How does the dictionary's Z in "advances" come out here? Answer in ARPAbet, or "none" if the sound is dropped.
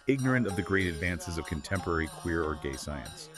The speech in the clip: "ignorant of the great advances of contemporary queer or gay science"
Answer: Z